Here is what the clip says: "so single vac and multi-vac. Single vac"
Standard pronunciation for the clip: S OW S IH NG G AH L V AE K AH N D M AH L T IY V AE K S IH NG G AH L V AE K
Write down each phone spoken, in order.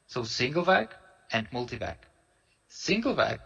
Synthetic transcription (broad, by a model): S OW S IH NG G AH L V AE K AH N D M AH L T IY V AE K S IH NG G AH L V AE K